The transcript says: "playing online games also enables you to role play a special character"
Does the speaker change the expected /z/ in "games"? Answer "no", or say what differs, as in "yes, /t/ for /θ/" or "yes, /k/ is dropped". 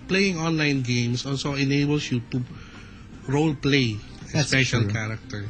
yes, /s/ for /z/